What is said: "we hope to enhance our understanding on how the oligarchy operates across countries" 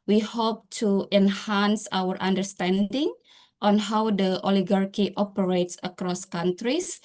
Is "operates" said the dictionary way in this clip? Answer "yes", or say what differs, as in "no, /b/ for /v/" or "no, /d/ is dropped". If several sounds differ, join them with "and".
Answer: yes